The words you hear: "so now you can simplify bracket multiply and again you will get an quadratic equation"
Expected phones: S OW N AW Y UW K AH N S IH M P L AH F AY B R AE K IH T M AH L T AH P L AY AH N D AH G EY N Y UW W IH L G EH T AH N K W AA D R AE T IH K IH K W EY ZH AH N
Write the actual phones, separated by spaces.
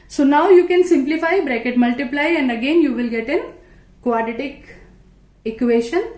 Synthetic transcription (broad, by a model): S OW N AW Y UW K AH N S IH M P L AH F AY B R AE K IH T M AH L T AH P L AY AH N D AH G EY N Y UW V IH L G EH T AH N K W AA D IH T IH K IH K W EY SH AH N